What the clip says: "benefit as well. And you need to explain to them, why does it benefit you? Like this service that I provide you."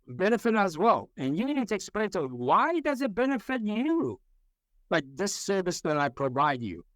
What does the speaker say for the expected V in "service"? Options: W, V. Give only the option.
V